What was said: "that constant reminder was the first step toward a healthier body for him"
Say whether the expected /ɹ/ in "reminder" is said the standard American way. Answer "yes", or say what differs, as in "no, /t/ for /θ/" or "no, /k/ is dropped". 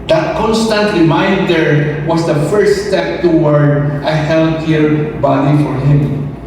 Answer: no, /l/ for /ɹ/